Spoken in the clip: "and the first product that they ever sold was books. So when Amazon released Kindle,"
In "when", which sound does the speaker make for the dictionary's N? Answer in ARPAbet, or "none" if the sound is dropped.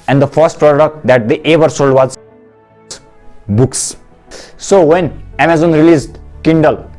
N